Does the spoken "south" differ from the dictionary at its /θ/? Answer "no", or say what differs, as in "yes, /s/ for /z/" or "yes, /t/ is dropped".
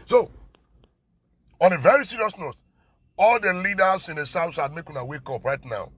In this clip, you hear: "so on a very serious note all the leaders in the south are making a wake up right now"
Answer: yes, /s/ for /θ/